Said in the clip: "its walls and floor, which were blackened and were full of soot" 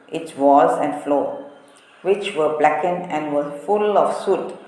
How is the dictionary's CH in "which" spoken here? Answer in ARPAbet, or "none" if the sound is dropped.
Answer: CH